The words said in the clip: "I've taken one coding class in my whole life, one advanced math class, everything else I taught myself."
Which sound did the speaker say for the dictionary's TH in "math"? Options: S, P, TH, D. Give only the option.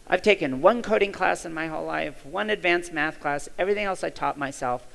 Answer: TH